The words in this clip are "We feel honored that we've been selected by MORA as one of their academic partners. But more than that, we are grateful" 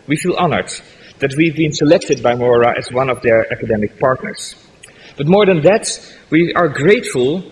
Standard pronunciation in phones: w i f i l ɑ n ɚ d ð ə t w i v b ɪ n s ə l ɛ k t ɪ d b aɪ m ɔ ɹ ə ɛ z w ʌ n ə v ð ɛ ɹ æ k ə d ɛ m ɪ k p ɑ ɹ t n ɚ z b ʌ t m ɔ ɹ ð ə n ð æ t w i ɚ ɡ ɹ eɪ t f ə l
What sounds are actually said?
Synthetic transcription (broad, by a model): w i f i l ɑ n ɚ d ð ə t w i v b ɪ n s ə l ɛ k t ɪ d b aɪ m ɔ ɹ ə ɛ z w ʌ n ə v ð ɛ ɹ æ k ə d ɛ m ɪ k p ɑ ɹ t n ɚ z b ʌ t m ɔ ɹ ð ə n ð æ t w i ɚ ɡ ɹ eɪ t f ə l